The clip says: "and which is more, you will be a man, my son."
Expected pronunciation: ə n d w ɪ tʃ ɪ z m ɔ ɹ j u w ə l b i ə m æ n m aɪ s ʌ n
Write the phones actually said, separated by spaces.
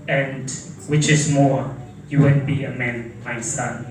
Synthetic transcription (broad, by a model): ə n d w ɪ tʃ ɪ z m ɔ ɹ j u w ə n b i ə m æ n m aɪ s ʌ n